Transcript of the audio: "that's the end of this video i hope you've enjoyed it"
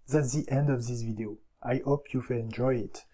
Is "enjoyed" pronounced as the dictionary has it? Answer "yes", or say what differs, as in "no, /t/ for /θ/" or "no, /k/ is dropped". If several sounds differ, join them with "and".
no, /d/ is dropped